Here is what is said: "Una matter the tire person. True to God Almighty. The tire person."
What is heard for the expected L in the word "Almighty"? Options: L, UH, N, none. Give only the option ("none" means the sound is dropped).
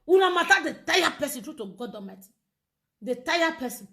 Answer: none